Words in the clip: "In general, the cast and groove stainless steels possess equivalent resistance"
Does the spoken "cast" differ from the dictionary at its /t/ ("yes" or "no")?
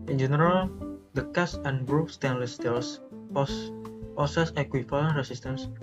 yes